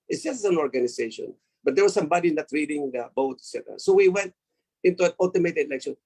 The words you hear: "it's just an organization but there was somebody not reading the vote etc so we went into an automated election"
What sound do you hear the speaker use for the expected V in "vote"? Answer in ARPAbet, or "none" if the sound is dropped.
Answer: B